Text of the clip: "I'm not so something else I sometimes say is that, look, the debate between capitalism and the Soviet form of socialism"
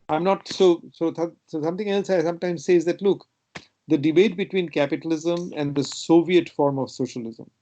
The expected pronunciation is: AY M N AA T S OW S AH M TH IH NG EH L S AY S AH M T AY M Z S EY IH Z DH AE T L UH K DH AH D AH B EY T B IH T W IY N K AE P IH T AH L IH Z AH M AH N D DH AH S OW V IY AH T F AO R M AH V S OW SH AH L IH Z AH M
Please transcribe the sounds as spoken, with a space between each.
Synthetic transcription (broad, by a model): AY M N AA T S OW S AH M T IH NG EH L S AY S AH M T AY M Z S EY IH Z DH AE T L UH K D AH D AH B EY T B IH T W IY N K AE P IH T AH L IH Z AH M AH N D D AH S OW V IY AH T F AO R M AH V S OW SH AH L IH Z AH M